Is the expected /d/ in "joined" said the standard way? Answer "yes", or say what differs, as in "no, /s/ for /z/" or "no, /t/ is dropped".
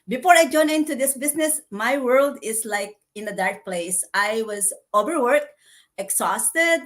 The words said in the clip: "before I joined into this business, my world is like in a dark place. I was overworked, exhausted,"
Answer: no, /d/ is dropped